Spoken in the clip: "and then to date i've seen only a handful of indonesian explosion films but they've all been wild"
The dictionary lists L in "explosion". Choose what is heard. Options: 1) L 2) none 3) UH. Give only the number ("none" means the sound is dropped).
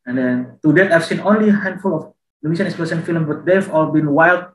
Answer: 2